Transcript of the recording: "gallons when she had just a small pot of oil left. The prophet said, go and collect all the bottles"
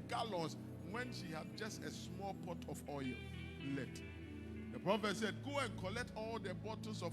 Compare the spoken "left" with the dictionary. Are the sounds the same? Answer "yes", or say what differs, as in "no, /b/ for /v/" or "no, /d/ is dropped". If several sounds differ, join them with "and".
no, /f/ is dropped